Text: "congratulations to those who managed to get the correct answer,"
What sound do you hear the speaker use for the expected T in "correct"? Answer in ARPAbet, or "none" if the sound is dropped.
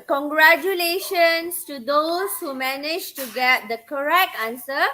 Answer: T